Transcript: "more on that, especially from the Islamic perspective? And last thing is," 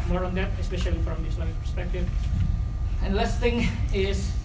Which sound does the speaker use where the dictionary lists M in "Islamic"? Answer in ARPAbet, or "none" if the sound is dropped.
none